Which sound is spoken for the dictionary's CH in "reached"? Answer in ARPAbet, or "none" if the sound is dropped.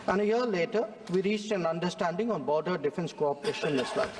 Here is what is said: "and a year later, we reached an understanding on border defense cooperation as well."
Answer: CH